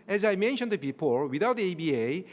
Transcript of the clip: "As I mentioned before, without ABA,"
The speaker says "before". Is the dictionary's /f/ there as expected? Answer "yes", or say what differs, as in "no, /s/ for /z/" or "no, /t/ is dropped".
no, /p/ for /f/